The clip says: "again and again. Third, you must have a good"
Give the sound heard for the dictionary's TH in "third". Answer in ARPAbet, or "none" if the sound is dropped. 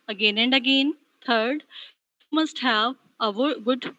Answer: T